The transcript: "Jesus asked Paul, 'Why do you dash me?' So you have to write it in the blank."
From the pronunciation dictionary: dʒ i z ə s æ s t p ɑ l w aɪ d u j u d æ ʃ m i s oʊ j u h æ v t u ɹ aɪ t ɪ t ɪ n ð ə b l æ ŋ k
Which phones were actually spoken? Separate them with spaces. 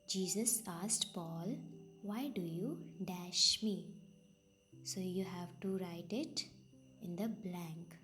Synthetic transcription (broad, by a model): dʒ i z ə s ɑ s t p ɑ l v aɪ d u j u d æ ʃ m i s oʊ j u h æ v t u ɹ aɪ t ɪ t ɪ n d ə b l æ ŋ k